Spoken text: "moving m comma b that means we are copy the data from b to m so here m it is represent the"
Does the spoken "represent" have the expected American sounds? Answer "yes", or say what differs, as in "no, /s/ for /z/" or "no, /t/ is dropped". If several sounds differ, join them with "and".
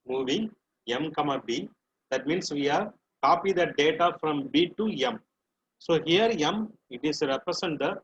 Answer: no, /s/ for /z/